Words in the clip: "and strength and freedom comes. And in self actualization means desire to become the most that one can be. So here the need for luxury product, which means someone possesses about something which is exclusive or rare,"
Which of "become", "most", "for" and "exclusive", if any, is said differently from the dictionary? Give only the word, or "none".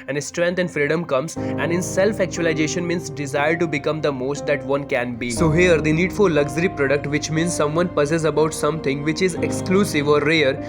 for